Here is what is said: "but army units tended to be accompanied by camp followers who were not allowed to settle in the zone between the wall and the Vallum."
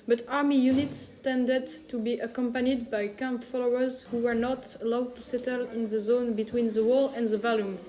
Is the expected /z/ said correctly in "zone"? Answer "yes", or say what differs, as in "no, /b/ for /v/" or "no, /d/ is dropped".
yes